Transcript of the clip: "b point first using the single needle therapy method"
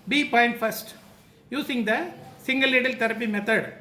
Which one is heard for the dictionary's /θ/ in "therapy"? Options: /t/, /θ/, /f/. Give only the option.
/t/